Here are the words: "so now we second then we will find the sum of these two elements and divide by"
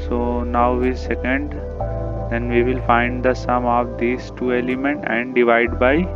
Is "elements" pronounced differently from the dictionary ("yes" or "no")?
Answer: yes